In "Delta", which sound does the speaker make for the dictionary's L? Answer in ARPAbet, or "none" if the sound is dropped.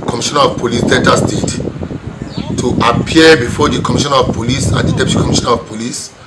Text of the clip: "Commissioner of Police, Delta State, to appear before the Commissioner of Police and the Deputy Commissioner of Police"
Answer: N